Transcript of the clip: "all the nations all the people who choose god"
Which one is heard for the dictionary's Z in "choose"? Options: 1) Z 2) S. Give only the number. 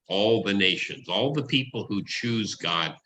1